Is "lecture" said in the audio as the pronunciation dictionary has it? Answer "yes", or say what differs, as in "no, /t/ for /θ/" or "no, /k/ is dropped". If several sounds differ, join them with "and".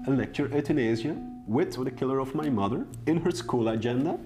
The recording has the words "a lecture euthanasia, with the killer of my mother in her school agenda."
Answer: yes